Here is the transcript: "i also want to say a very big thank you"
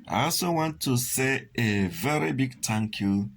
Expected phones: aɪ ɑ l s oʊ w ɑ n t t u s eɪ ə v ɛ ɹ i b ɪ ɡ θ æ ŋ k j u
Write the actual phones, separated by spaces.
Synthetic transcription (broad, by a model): aɪ ɑ l s oʊ w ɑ n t t u s eɪ ə v ɛ ɹ i b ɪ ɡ t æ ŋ k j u